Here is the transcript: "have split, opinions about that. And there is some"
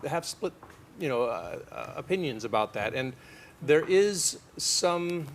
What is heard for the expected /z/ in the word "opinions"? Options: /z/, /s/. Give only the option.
/z/